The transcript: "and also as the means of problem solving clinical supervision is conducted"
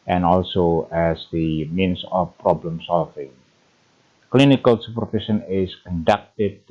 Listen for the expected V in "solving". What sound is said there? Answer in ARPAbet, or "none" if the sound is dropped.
F